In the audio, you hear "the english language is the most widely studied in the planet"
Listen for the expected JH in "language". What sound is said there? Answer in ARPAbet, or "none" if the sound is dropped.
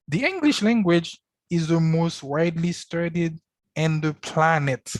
JH